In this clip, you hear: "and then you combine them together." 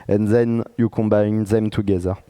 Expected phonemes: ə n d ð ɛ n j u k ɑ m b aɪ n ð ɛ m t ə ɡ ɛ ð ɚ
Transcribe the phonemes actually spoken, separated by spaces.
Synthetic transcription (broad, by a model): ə n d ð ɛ n j u k ɑ m b aɪ n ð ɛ m t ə ɡ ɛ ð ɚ